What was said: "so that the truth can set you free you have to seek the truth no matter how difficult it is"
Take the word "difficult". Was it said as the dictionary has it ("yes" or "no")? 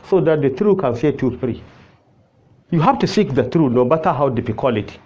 no